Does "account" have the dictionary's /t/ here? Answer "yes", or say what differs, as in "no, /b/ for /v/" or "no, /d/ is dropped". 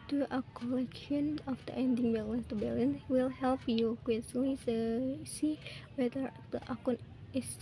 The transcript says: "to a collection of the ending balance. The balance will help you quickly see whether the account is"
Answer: no, /t/ is dropped